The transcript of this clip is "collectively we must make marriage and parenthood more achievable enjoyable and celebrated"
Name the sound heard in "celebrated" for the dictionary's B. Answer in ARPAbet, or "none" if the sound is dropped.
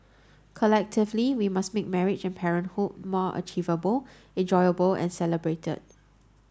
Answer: B